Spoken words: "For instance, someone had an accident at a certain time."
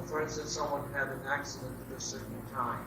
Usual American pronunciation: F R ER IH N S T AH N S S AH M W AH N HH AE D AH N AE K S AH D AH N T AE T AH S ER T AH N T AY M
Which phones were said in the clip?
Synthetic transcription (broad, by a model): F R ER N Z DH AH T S S AH M W AH N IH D AH N AE K S AH D AH N T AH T AH S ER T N T AY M